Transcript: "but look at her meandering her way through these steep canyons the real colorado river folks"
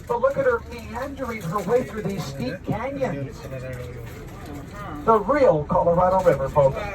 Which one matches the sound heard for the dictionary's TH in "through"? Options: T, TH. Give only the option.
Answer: TH